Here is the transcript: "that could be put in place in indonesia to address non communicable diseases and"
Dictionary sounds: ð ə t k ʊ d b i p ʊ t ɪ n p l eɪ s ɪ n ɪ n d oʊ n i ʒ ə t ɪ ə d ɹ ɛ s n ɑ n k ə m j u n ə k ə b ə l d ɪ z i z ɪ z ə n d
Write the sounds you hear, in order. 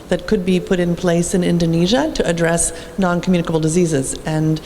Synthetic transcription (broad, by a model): ð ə t k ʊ d b i p ʊ t ɪ n p l eɪ s ɪ n ɪ n d oʊ n i ʒ ə t ɪ ə d ɹ ɛ s n ɑ n k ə m j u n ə k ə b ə l d ɪ z i z ɪ z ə n